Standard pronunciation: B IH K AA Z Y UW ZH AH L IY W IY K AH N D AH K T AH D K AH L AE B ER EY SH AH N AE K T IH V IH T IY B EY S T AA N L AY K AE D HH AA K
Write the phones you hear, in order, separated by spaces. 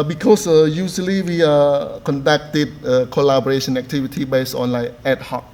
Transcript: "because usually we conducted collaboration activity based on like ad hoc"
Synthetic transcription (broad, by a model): B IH K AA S Y UW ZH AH L IY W IY K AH N D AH K T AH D K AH L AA B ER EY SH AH N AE K T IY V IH T IY B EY S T AA N L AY EH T HH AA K